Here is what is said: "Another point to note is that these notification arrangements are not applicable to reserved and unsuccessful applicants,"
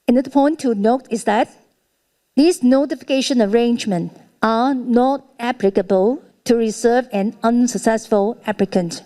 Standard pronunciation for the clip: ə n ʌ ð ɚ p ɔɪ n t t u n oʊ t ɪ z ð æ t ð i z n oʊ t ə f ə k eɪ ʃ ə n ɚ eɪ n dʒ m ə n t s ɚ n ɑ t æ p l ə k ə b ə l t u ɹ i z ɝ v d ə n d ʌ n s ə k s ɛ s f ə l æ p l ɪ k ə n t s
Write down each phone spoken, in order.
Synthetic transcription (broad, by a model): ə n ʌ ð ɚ p ɔɪ n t t u n oʊ t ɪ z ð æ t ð i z n oʊ t ə f ə k eɪ ʃ ə n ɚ eɪ n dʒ m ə n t ɚ n ɑ t æ p l ə k ə b ə l t u ɹ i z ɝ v ə n ʌ n s ə k s ɛ s f ə l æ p l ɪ k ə n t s